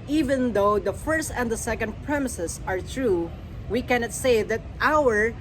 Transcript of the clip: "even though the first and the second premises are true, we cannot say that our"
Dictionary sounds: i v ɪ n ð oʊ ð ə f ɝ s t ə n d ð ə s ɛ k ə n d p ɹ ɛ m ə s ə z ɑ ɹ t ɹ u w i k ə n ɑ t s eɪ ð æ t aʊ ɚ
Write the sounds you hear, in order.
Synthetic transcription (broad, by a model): i v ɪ n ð oʊ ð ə f ɝ s t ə n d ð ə s ɛ k ə n d p ɹ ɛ m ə s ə s ɑ ɹ t ɹ u w i k ə n ɑ t s eɪ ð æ t aʊ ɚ